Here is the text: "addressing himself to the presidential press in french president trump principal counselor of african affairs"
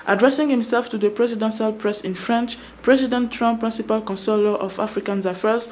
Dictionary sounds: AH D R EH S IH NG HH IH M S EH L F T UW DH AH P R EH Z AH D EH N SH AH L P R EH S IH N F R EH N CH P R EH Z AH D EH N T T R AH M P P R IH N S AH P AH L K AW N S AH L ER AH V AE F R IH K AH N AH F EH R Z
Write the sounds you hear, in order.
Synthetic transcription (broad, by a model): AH D R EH S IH NG HH IH M S EH L F T UW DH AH P R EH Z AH D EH N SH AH L P R EH S IH N F R EH N CH P R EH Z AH D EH N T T R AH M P P R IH N S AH P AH L K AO N S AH L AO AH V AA F R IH K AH N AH F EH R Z